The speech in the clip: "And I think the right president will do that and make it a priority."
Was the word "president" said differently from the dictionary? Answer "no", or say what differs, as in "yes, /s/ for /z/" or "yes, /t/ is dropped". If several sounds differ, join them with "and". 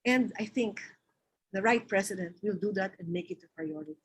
yes, /s/ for /z/